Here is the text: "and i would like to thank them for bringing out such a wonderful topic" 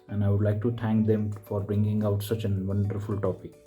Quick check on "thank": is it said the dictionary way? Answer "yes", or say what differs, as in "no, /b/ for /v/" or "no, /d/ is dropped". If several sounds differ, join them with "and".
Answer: no, /t/ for /θ/